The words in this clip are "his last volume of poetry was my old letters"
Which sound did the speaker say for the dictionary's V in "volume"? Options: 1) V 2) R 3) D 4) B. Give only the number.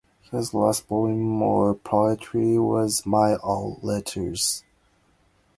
4